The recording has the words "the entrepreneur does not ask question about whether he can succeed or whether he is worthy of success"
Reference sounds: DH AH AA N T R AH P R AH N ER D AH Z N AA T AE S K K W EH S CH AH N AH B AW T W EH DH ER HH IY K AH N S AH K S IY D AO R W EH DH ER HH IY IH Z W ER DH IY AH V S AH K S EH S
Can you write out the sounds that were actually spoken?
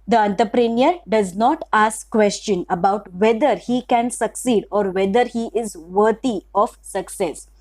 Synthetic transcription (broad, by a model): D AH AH N T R P R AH N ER D AH Z N AA T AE S K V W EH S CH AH N AH B AW T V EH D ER HH IY K AH N S AH K S IY D AO R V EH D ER HH IY IH Z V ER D IY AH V S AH K S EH S